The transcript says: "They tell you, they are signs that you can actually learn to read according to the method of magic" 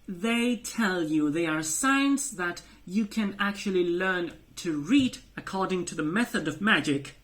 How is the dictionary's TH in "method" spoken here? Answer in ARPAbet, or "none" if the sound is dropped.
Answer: TH